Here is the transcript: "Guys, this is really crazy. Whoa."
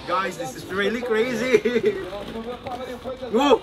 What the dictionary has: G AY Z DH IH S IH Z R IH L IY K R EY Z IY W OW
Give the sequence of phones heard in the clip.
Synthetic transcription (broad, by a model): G AY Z DH IH S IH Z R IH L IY K R EY Z IY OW